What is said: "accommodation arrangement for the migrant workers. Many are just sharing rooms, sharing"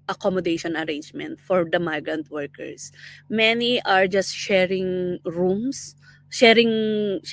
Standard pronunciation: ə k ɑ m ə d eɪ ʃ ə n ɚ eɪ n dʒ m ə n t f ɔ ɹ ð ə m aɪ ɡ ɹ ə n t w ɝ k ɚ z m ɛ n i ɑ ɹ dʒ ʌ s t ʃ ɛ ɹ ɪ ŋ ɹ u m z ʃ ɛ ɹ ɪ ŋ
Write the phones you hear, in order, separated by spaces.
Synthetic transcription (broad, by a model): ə k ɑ m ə d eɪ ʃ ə n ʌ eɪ n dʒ m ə n t f ɔ ɹ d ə m aɪ ɡ ɹ ə n t w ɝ k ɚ s m ɛ n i ɑ ɹ dʒ ʌ s t ʃ ɛ ɹ ɪ ŋ ɹ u m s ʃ ɛ ɹ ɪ ŋ